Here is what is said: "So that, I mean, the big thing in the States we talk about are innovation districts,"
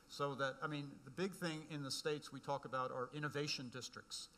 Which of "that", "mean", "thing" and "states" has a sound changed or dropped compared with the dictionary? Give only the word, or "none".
none